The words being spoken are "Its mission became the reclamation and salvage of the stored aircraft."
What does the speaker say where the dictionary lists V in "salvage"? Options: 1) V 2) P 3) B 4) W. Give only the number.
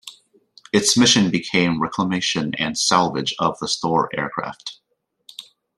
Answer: 1